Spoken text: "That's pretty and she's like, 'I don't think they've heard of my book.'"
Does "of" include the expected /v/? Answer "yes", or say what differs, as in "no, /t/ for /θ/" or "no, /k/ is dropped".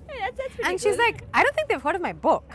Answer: yes